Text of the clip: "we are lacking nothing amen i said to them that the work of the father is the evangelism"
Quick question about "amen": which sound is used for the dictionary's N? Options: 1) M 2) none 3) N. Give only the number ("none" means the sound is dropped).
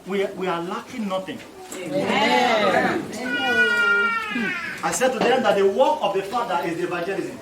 2